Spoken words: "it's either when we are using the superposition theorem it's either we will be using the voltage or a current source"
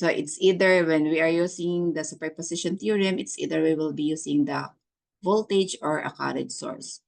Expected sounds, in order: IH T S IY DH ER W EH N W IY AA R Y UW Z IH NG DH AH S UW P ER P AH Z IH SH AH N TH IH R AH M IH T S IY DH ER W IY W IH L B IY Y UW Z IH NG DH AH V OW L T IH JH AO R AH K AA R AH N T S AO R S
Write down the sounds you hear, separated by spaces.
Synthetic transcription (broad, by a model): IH T S IY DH ER W EH N W IY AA R Y UW S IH NG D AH S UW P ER P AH S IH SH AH N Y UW R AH M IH T S IY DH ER W IY W IH L B IY Y UW S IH NG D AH V OW L T IH JH AO R AH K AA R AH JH S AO R S